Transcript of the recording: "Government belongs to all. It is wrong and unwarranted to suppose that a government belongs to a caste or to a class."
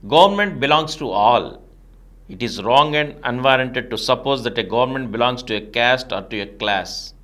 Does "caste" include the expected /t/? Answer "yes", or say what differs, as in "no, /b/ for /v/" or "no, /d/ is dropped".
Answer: yes